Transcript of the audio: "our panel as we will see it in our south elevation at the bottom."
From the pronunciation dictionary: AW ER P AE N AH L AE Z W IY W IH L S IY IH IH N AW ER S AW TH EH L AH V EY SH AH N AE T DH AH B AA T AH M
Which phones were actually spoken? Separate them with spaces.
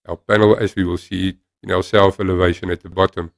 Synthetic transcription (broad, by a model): AW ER P AE N AH L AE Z W IY W IH L S IY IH IH N AW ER S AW F EH L AH V EY SH AH N AE T DH AH B AA T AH M